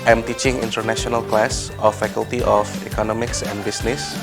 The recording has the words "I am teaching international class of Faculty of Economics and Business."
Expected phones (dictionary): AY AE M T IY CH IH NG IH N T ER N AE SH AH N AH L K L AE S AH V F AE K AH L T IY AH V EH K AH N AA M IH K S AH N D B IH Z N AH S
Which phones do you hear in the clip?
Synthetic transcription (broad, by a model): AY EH M T IY CH IH NG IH N T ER N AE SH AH N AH L K L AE S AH F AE K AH L T IY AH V EH K AH N AA M IH K S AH N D B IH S N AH S